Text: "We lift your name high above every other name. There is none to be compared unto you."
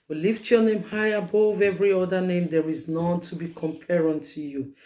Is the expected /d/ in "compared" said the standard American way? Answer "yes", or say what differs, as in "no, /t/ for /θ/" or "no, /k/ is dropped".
no, /d/ is dropped